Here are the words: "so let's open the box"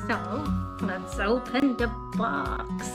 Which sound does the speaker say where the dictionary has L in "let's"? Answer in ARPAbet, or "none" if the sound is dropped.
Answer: N